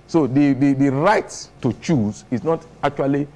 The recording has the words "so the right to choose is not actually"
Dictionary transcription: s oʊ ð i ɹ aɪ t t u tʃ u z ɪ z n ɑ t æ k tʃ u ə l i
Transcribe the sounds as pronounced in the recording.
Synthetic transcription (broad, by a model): s oʊ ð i ɹ aɪ t t u tʃ u z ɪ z n ɑ t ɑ k tʃ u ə l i